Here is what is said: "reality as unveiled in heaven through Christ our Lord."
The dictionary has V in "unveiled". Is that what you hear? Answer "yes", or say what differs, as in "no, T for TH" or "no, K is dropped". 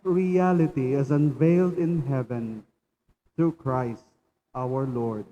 yes